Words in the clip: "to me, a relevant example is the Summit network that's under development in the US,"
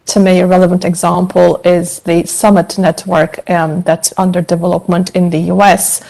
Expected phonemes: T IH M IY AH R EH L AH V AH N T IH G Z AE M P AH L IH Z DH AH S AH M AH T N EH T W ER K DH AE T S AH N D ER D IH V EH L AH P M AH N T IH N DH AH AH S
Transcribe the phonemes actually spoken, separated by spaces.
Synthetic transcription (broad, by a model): T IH M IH AH R EH L AH V AH N T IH G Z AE M P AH L IH Z DH AH S AH M AH T N EH T W ER K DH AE T S AH N D ER D IH V EH L AH P M AH N T IH N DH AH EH S